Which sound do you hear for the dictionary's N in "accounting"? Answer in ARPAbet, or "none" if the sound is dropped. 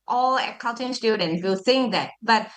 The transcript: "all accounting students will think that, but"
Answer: L